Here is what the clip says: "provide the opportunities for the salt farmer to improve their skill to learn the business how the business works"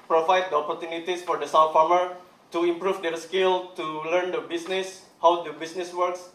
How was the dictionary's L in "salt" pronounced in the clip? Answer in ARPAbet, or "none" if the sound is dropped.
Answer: W